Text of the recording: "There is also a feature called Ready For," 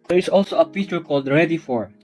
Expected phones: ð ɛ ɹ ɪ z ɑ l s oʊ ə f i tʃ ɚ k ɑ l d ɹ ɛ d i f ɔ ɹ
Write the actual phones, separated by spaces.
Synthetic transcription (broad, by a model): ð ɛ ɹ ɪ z ɑ l s oʊ ə p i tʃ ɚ k ɑ l d ɹ ɛ d i f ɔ ɹ